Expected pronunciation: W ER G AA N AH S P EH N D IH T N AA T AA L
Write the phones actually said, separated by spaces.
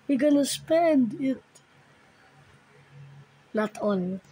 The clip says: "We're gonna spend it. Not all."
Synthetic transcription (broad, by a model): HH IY G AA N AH S P EH N D IH T L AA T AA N